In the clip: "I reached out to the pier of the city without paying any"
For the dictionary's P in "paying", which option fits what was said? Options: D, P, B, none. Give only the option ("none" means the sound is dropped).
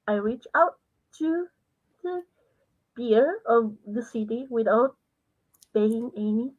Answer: B